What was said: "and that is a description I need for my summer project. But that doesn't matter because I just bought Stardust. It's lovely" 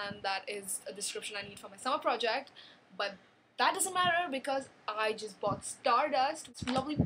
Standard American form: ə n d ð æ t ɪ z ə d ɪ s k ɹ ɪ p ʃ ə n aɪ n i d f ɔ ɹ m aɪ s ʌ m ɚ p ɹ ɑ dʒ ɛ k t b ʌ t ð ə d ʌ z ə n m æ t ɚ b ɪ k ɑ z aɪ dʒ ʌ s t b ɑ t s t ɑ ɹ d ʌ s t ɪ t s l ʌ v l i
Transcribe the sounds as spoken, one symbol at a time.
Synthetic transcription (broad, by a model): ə n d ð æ t ɪ z ə d ɪ s k ɹ ɪ p ʃ ə n aɪ n i d f ɔ ɹ m aɪ s ʌ m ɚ p ɹ ɑ dʒ ɛ k t b ʌ t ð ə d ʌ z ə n m æ t ɚ b ɪ k ɑ z aɪ dʒ ʌ s t b ɑ t s t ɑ ɹ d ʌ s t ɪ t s l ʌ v l i